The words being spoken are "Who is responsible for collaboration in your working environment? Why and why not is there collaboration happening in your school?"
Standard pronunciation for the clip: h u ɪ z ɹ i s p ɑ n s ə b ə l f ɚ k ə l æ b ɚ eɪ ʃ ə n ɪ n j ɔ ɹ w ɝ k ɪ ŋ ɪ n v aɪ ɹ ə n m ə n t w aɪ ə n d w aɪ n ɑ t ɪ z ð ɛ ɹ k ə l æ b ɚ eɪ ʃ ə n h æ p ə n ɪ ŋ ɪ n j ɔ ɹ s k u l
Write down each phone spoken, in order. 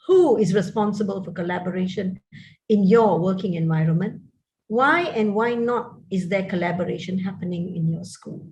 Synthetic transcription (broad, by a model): h u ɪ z ɹ i s p ɑ n s ə b ə l f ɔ k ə l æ b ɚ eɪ ʃ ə n ɪ n j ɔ w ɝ k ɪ ŋ ɪ n v aɪ ɹ ə n m ə n t w aɪ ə n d w aɪ n ɑ t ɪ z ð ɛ k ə l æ b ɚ eɪ ʃ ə n h æ p ə n ɪ ŋ ɪ n j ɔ s k u l